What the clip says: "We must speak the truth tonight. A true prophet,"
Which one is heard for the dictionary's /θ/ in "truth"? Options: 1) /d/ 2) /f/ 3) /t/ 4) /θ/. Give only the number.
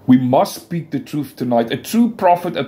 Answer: 4